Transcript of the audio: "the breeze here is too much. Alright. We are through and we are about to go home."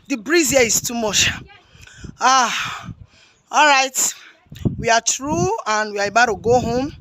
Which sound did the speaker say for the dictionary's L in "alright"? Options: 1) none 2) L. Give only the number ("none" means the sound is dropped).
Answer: 2